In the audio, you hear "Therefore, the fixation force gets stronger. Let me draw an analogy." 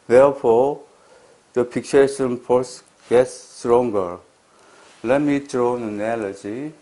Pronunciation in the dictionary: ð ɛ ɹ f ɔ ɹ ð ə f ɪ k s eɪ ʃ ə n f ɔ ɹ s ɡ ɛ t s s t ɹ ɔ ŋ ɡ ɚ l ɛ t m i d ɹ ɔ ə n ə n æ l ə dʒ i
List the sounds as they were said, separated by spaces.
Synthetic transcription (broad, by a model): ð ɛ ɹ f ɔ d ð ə p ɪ k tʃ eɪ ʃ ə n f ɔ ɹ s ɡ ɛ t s s t ɹ ɔ ŋ ɡ ɚ l ɛ t m i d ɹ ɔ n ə n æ l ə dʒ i